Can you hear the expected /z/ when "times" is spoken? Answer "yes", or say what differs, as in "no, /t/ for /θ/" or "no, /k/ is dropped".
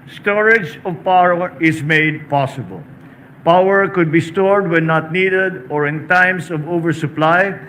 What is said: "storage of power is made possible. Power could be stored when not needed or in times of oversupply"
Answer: no, /s/ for /z/